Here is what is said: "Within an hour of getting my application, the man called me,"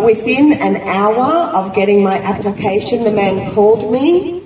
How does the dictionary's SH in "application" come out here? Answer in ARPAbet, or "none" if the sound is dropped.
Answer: SH